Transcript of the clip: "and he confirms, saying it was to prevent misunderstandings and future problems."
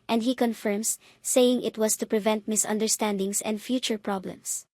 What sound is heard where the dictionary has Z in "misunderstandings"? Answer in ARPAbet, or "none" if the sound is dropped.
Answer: S